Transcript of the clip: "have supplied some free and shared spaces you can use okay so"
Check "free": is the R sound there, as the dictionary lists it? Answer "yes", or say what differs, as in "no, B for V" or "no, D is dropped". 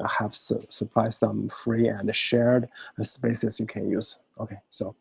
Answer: yes